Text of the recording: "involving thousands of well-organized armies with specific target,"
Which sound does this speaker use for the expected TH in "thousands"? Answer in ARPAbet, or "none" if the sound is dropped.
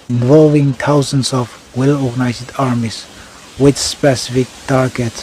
T